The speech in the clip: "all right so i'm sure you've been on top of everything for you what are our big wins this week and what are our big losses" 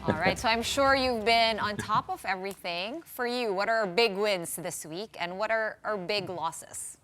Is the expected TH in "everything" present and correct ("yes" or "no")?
yes